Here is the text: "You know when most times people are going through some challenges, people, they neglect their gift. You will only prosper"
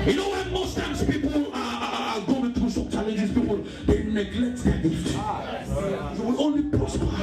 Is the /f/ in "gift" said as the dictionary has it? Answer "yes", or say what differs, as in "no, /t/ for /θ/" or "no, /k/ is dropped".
no, /f/ is dropped